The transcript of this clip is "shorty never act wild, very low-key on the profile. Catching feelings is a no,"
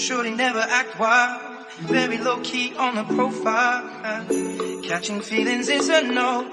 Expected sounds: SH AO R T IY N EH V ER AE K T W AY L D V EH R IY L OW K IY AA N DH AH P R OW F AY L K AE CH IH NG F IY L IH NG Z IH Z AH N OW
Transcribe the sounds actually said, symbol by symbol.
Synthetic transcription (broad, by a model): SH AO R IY N EH V ER AE K T W AY L V EH R IY L OW K IY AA N DH AH P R OW F AY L K AE CH IH NG F IY L IH NG Z IH Z AH N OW